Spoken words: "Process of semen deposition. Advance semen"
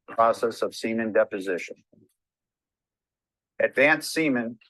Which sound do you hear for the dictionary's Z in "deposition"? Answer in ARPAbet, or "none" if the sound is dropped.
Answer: Z